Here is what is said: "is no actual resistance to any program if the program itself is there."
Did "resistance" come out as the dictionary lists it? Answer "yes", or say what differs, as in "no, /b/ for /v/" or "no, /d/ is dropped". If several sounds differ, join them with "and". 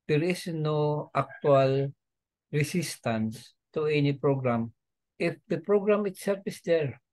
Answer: no, /s/ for /z/